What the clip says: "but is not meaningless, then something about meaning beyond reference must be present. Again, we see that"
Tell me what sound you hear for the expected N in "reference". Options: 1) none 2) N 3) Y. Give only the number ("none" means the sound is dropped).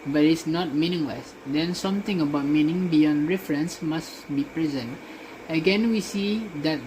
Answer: 2